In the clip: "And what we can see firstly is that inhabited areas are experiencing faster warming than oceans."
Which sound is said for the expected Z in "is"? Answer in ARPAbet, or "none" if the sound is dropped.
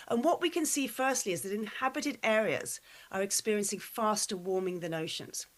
Z